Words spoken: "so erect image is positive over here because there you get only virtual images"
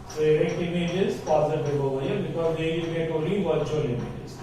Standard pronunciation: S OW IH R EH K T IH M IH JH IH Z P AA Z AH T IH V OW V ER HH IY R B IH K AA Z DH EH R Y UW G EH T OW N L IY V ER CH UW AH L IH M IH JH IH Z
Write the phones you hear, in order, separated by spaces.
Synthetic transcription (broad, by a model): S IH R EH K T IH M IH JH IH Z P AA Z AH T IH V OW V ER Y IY B IH K AA Z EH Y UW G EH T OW L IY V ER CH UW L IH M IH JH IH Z